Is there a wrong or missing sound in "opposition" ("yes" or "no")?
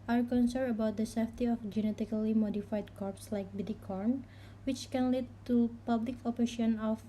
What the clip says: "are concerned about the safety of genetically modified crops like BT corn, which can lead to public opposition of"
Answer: yes